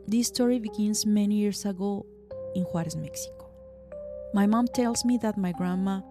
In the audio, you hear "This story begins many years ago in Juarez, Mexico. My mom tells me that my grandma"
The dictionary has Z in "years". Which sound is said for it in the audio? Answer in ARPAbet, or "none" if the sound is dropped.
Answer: S